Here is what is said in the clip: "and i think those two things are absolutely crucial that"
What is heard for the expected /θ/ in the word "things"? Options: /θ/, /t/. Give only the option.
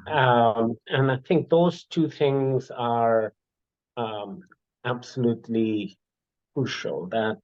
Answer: /θ/